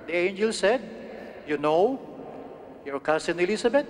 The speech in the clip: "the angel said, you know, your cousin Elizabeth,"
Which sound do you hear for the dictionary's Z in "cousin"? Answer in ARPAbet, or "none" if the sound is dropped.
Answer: S